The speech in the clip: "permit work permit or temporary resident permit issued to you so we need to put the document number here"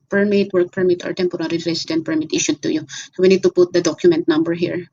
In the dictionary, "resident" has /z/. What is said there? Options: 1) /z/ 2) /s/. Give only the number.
2